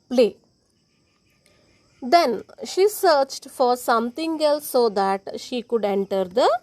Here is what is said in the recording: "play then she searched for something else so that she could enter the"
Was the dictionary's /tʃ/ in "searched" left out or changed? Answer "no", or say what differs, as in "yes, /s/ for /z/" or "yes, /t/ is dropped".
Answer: no